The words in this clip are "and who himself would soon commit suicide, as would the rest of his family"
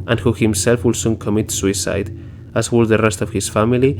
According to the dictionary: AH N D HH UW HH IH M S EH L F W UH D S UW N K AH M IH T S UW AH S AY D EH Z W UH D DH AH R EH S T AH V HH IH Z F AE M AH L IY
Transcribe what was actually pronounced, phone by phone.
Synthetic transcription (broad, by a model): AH N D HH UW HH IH M S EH L F W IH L S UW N K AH M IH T S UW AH S AY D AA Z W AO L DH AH R EH S T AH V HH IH S F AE M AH L IY